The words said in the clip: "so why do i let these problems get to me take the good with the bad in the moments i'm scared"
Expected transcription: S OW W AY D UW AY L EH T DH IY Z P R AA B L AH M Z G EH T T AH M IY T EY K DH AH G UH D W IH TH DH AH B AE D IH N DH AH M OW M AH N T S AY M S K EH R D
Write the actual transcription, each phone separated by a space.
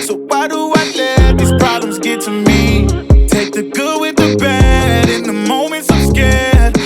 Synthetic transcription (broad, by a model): S OW W AY D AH AY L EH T DH IY Z P R AA B L AH M Z G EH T T AH M IY T EY K DH AH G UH W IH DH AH B AE D IH N DH AH M OW M AH N T S AY M S K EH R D